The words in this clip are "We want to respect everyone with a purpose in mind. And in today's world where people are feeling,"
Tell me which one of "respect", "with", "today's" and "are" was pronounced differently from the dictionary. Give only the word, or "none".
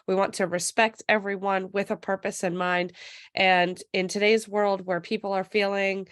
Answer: none